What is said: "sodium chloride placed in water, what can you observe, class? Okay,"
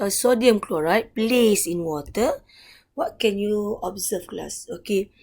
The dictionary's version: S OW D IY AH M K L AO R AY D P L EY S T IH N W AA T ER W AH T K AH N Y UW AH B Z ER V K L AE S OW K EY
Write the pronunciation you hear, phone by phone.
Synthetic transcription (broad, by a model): S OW D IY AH M K L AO R AY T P L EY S IH N W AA T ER W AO T K AH N Y UW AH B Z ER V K L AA S OW K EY